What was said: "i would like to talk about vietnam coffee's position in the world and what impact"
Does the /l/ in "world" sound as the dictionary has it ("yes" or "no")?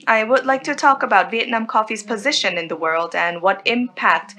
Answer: yes